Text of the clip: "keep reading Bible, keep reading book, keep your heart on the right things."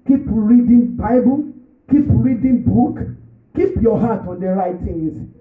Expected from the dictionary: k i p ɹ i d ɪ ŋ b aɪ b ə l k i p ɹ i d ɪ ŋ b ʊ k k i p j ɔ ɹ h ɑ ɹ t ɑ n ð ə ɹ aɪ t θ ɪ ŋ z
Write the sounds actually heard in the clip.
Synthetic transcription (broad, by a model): k i p ɹ i d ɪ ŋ b aɪ b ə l k i p ɹ i d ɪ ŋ b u k k i p j ɔ h ɑ t ɑ n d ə ɹ aɪ t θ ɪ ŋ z